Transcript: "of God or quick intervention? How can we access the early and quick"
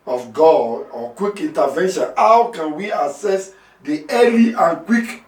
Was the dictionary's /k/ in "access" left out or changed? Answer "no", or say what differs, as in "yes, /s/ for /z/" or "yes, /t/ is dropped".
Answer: yes, /k/ is dropped